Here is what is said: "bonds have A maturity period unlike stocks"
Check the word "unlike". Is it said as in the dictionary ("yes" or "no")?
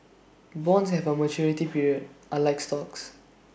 no